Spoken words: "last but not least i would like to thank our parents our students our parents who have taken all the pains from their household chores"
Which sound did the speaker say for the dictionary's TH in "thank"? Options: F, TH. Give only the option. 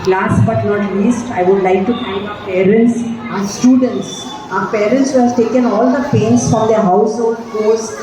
F